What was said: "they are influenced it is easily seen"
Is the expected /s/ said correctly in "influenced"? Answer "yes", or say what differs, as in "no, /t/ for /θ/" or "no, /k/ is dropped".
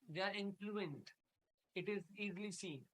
no, /s/ is dropped